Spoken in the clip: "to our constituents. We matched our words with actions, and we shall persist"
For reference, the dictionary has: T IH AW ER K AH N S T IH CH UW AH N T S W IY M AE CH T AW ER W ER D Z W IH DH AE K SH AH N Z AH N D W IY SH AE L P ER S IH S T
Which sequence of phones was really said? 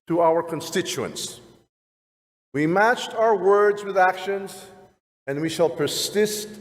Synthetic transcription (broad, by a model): T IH AW ER K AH N S T IH CH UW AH N S W IY M AE CH T AW ER W ER D Z W IH DH AE K SH AH N Z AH N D W IY SH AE L P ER S IH S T